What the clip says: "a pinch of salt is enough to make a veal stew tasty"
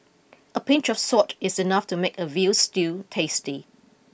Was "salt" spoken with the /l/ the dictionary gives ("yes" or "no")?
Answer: no